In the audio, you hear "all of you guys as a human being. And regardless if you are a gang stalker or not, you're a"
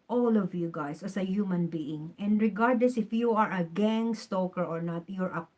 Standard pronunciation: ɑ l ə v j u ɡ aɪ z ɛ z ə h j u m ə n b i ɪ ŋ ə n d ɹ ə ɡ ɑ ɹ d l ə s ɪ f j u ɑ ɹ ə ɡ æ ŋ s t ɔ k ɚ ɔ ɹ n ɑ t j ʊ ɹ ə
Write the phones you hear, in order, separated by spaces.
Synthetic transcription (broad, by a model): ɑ l ə v j u ɡ aɪ s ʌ s ə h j u m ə n b i ɪ ŋ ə n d ɹ ə ɡ ɑ ɹ d l ə s ɪ f j u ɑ ɹ ə ɡ æ ŋ s t ɔ k ɚ ɔ ɹ n ɑ t j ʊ ɹ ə